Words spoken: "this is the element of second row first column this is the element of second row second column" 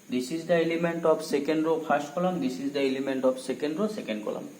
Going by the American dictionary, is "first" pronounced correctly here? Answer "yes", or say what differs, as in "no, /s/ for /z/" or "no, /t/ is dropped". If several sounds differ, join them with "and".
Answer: no, /p/ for /f/